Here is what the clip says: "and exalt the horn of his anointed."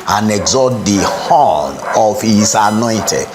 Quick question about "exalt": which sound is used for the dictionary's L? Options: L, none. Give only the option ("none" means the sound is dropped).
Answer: none